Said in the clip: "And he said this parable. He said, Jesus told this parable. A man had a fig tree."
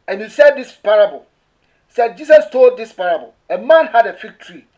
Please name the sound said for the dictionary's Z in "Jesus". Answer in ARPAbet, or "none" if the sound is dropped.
S